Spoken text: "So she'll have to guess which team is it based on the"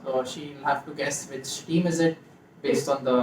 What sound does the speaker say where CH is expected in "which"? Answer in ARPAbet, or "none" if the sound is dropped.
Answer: S